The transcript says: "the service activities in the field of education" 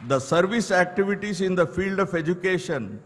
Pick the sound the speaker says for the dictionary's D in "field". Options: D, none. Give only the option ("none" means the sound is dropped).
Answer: D